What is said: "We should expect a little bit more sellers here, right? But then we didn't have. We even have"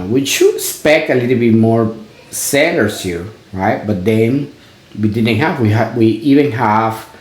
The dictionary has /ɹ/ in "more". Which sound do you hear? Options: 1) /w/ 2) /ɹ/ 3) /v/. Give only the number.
2